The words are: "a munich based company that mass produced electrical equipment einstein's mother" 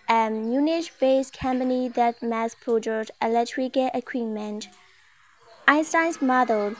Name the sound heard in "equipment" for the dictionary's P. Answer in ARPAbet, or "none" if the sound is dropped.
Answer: none